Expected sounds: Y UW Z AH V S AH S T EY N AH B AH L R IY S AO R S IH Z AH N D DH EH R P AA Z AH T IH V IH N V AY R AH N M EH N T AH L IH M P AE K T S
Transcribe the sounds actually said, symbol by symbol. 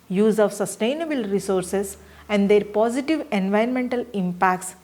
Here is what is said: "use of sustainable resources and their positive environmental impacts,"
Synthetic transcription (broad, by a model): Y UW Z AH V S AH S T EY N AH B AH L R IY S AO R S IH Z AH N D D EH R P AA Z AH T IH V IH N V AY AH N M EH N T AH L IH M P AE K T S